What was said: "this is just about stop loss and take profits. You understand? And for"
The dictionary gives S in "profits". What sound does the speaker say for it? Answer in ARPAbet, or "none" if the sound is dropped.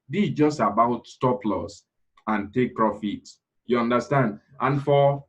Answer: none